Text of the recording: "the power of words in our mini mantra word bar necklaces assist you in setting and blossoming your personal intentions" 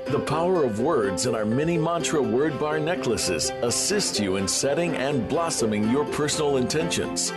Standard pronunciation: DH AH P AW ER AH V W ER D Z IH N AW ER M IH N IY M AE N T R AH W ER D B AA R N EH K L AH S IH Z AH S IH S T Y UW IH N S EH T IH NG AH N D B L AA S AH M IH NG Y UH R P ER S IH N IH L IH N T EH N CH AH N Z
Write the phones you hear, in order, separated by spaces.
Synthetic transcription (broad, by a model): DH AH P AW ER AH V W ER D Z IH N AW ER M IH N IY M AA N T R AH W ER D B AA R N EH K L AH S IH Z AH S IH S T Y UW IH N S EH T IH NG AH N B L AA S AH M IH NG Y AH R P ER S N L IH N T EH N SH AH N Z